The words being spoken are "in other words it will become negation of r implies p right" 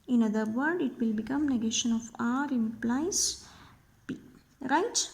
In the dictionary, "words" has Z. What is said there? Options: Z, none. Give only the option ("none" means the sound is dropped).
none